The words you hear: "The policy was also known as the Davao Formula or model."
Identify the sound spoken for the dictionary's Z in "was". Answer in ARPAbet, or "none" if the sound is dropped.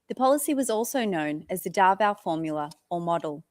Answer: Z